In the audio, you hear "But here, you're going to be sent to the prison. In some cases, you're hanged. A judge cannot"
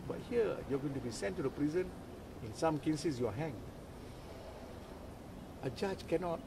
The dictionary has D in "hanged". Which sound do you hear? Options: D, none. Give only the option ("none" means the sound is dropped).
none